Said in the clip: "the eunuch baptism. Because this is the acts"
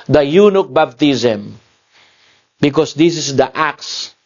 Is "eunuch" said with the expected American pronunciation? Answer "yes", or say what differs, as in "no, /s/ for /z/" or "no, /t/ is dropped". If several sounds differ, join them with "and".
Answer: yes